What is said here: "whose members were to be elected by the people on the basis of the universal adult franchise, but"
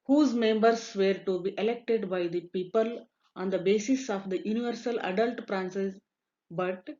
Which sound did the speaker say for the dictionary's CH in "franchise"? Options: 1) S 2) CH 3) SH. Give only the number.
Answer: 1